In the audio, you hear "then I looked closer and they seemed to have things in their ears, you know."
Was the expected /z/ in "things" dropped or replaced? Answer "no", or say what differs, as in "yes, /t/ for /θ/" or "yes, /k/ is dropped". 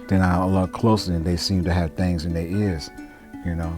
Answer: no